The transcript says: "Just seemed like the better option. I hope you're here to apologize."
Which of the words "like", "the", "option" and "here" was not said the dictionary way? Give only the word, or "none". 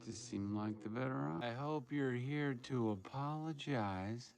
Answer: option